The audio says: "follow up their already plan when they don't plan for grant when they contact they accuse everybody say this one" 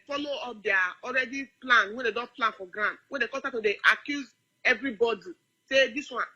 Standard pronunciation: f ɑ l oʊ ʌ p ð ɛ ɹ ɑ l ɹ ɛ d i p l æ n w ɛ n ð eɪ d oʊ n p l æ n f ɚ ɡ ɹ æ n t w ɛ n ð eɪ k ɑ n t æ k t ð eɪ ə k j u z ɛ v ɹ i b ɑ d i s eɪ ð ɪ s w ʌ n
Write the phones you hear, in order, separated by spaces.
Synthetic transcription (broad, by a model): f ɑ l oʊ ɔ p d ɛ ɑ ɑ l ɹ ɛ d i p l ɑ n w ɛ n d eɪ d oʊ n p l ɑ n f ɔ ɡ ɹ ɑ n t w ɛ n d eɪ k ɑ t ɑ t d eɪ ə k j u z ɛ v ɹ i b ɑ d i s eɪ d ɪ s w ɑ n